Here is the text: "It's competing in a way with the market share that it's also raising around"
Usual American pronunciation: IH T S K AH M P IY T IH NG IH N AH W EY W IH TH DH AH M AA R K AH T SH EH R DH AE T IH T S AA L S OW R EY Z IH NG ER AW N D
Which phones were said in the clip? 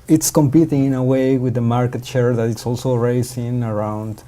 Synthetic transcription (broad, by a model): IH T S K AH M P IY T IH NG IH N AH W EY W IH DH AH M AA R K AH T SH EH R DH AE T IH T S AA L S OW R EY S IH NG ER AW N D